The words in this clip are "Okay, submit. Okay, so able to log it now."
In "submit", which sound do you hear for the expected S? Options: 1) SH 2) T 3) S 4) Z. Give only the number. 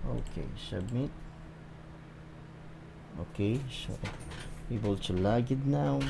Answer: 1